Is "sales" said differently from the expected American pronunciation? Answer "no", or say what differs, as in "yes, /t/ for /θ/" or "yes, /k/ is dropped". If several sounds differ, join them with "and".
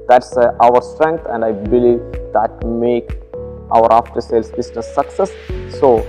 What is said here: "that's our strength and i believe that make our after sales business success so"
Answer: yes, /s/ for /z/